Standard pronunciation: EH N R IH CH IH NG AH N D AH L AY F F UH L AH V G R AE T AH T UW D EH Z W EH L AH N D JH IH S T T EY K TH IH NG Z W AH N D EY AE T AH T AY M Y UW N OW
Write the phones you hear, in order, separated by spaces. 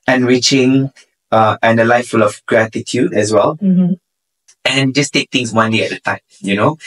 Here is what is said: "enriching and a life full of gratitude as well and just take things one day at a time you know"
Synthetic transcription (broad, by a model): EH N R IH CH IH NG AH N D AH L AY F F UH L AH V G R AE T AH T UW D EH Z W EH L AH N JH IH S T T EY K T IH NG S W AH N D EY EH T AH T AY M Y UW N OW